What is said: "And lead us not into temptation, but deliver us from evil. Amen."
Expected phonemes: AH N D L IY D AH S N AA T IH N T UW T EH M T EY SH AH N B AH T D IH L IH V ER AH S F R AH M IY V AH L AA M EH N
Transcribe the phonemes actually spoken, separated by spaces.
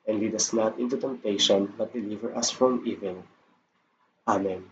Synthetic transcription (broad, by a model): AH N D W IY D AH S N AA T IH N T UW T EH M T EY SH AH N B AH T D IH L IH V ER AH S F R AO M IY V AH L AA M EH N